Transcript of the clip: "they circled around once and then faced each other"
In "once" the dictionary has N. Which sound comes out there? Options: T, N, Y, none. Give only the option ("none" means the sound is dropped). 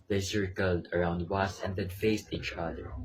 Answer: none